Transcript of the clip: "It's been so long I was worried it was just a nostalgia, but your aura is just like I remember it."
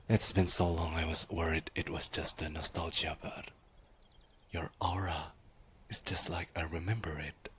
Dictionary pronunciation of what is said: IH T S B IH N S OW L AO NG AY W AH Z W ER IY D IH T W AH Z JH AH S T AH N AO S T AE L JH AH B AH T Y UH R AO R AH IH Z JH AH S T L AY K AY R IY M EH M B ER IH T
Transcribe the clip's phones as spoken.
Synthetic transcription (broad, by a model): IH T S B IH N S OW L AO NG AY W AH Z W ER IY D IH T W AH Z JH AH S T AH N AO S T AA L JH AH B AH T Y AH R AO R AH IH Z JH AH S T L AY K AY R IY M EH M B ER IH T